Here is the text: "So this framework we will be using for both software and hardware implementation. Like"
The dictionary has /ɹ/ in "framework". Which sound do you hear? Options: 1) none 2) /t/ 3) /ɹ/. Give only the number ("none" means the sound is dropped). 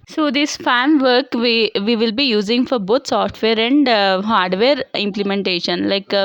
1